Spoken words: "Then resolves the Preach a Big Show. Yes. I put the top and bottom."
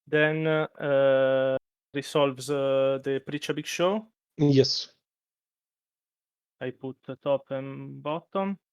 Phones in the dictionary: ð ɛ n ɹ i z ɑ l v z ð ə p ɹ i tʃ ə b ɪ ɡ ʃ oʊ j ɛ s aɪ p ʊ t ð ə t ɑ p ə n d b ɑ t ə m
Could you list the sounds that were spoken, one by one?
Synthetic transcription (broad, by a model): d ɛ n ɹ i s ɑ l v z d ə p ɹ i tʃ ə b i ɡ ʃ oʊ j ɛ s aɪ p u t t ɑ p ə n b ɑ t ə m